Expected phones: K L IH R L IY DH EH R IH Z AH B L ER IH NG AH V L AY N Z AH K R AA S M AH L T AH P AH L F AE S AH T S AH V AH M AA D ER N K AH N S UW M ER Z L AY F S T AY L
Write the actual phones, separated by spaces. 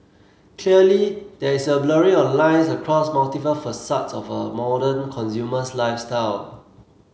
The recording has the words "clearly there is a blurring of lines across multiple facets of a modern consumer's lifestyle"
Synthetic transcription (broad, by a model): K L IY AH L IY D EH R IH S AH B L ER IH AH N L AY N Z AH K R AA S M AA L T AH F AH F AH S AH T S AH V AH M AA D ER N K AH N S UW M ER S L AY F S T AY L